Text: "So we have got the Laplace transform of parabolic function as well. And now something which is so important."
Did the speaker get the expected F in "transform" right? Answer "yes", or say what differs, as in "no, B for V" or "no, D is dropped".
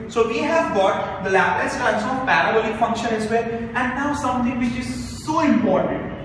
no, F is dropped